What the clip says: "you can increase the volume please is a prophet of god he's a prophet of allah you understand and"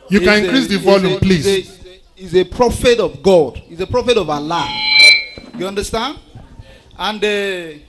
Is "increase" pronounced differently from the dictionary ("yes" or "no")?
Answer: yes